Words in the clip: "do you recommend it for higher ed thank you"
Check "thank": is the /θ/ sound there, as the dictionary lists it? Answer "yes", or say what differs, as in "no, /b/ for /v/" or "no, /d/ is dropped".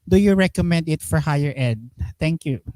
no, /t/ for /θ/